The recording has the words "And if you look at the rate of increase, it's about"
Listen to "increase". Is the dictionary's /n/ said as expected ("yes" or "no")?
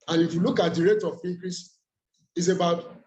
no